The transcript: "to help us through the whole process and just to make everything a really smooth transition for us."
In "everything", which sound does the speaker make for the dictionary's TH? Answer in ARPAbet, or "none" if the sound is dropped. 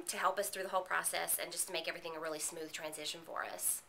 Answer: TH